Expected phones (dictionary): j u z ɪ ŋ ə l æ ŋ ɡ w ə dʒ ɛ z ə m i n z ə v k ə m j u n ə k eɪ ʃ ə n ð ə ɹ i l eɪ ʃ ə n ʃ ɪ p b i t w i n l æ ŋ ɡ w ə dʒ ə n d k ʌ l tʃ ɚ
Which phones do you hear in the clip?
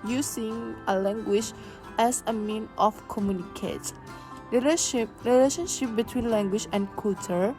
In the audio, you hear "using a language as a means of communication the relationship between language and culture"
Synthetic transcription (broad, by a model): j u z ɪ ŋ ə l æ ŋ ɡ w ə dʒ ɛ s ə m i n ə f k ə m j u n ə k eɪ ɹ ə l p ɹ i l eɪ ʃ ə n ʃ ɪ p b i t w i n l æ ŋ ɡ w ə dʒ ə n k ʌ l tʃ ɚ